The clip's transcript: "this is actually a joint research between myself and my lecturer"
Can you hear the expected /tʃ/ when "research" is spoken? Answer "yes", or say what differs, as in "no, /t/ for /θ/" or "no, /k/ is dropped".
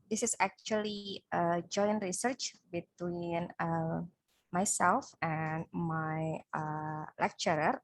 yes